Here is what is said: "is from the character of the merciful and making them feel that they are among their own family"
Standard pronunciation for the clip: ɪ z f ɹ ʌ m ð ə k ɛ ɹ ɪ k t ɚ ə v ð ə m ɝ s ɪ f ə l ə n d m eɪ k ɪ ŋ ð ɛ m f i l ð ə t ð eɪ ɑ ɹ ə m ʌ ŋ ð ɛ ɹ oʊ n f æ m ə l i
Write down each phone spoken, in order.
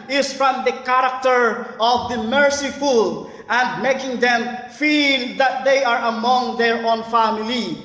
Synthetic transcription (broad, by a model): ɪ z f ɹ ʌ m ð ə k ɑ ɹ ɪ k t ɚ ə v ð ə m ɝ s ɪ f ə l ə n d m eɪ k ɪ ŋ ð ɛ m f i l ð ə t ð eɪ ɑ ɹ ə m ʌ ŋ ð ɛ ɹ oʊ n f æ m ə l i